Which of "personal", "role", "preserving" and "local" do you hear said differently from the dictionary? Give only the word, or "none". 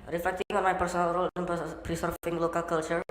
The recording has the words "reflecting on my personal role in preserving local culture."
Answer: preserving